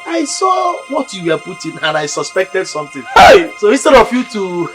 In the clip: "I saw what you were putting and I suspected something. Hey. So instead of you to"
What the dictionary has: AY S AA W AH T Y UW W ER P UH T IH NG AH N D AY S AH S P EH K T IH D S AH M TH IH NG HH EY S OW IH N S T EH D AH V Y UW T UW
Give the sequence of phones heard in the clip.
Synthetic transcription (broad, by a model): AY S AA W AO T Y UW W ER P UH T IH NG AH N AY S AH S P EH K T IH D S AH M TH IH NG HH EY S OW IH S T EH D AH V Y UW T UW